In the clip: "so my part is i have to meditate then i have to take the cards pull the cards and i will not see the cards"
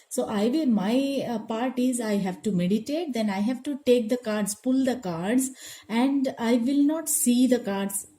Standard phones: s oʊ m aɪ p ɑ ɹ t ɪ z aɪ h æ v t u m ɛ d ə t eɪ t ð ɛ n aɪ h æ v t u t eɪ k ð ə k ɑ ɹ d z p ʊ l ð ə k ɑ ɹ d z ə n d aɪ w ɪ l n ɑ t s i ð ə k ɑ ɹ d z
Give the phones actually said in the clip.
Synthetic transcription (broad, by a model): s oʊ m aɪ p ɑ ɹ t ɪ z aɪ h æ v t u m ɛ d ə t eɪ t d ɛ n aɪ h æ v t u t eɪ k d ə k ɑ ɹ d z p ʊ l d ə k ɑ ɹ d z ə n d aɪ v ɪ l n ɑ t s i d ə k ɑ ɹ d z